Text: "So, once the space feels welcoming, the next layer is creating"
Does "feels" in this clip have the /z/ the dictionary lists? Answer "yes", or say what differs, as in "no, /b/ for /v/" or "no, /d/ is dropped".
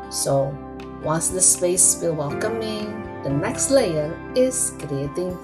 no, /z/ is dropped